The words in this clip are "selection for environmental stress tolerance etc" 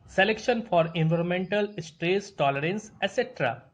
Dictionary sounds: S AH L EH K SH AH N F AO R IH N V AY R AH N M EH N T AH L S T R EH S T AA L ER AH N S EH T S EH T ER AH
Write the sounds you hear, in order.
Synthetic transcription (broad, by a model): S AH L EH K SH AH N F AO R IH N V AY R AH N M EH N T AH L S T R EH S T AA L ER AH N S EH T S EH T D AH